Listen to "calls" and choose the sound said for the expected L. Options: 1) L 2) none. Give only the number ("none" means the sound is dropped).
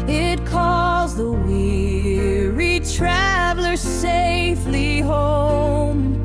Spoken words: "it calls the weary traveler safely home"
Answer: 2